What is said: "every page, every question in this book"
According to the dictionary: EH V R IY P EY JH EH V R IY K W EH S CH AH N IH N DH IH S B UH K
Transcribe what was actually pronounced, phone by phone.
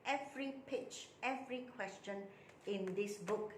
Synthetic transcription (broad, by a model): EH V R IY P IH CH EH V R IY K W EH S CH AH N IH N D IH S B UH K